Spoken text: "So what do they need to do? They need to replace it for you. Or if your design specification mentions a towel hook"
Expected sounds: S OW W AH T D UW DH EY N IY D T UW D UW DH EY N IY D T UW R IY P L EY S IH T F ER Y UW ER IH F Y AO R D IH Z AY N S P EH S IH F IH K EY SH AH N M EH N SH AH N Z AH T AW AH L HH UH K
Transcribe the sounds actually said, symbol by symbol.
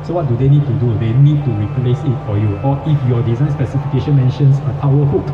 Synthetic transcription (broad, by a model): S OW W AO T D UW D EY N IY D T UW D UW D EY N IY D T UW R IY P L EY S IH T F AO Y UW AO IH F Y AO D IH Z AY N S P EH S IH F IH K EY SH AH N M EH N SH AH N S AH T AW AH HH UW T